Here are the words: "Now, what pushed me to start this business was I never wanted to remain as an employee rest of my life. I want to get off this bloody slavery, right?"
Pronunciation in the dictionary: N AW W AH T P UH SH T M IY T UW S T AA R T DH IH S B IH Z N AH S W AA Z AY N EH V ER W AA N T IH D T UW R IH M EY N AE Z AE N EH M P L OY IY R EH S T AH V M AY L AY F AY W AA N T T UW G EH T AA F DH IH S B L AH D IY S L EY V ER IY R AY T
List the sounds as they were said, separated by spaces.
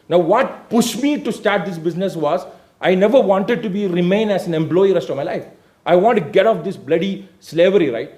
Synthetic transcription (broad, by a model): N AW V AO T P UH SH M IY T UW S T AA R T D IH S B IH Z N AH S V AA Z AY N EH V ER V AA N T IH D T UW R IH M EY N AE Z AE N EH M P L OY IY R EH S T AH V M AY L AY F AY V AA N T T UW G EH T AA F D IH S B L AH D IY S L EY V ER IY R AY T